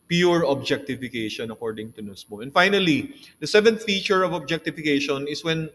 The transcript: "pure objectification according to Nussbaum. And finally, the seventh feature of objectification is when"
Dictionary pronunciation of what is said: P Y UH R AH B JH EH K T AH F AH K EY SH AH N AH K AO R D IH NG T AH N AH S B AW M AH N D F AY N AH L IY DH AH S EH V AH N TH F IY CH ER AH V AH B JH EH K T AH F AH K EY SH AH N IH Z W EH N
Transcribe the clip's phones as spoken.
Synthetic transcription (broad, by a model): P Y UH R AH B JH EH K T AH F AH K EY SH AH N AH K AO R D IH NG T AH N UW S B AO AH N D F AY N AH L IY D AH S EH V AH N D F IY CH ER AH V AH B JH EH K T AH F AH K EY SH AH N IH S W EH N